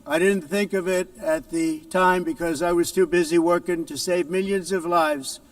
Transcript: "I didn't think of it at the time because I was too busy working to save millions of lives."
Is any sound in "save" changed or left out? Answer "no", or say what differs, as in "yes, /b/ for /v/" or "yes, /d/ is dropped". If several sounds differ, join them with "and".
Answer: no